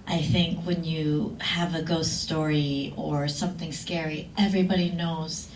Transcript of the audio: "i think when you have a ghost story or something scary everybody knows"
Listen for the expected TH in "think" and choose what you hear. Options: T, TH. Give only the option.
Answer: TH